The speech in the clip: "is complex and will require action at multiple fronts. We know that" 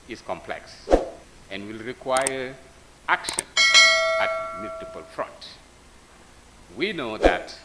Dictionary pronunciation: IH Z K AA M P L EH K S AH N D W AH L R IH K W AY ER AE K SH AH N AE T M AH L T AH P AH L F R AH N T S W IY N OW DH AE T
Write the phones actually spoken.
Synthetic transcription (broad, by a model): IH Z K AA M P L EH K S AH N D W AH L R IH K W AY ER AE K SH AH N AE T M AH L T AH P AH L F R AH N T W IY N OW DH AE T